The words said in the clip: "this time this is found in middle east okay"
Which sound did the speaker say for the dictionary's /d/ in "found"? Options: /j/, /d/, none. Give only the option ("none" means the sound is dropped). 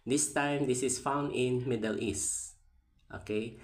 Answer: /d/